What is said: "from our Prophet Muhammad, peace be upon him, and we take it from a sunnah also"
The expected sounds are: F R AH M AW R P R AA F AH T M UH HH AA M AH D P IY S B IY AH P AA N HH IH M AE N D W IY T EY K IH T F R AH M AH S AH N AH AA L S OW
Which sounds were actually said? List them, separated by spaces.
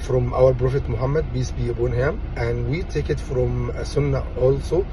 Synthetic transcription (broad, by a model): F R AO M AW R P R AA F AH T M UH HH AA M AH D B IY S B IY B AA N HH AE M AE N D W IY T EY K IH T F R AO M S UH N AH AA L S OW